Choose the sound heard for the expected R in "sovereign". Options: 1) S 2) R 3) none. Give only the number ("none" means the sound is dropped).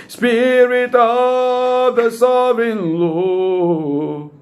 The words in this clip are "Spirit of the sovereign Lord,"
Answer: 3